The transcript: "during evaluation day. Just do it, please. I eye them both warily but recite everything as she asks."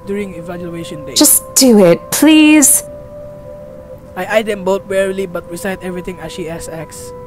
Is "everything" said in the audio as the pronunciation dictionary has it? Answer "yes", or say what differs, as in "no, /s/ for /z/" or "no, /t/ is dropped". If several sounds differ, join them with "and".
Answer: no, /t/ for /θ/